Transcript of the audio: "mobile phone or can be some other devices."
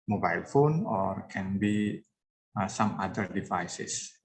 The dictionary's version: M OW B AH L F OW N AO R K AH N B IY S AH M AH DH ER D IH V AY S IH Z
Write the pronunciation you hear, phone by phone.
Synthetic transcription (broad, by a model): M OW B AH L F OW N AO R K AH N B IY S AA M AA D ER D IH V AY S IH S